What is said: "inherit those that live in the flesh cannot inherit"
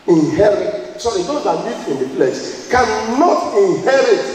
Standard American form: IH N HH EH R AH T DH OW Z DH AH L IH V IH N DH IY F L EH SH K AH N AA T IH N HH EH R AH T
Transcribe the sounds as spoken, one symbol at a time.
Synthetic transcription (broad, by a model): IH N HH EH R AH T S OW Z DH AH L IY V IH N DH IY P L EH S K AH N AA T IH N HH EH R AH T